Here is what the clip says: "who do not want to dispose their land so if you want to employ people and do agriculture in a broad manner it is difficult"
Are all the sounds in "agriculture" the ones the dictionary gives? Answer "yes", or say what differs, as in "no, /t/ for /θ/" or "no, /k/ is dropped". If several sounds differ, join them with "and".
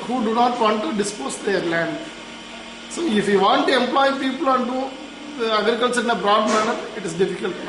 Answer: no, /s/ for /tʃ/